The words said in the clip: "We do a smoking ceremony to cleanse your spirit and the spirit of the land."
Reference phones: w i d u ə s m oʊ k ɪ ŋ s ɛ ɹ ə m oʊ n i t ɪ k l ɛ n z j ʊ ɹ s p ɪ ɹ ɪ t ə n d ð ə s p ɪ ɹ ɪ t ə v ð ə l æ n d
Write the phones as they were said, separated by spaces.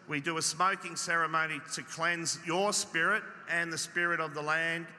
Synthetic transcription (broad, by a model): w i d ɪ ə s m oʊ k ɪ ŋ s ɛ ɹ ə m oʊ n i t ɪ k l ɛ n z j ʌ ɹ s p ɪ ɹ ɪ t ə n ð ə s p ɪ ɹ ɪ t ə v ð ə l æ n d